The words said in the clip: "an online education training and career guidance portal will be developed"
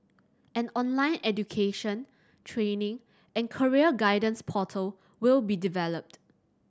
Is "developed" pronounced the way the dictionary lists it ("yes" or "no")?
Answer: yes